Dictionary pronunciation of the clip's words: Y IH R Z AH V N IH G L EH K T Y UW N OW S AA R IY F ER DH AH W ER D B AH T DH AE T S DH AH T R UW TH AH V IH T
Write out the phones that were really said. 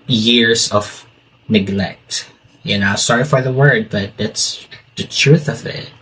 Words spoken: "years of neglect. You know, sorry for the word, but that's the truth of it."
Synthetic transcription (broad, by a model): Y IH R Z AH V N IH G L EH K T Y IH N OW S AA R IY F ER DH AH W ER D B AH T DH AE T S DH AH T R UW TH AH V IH T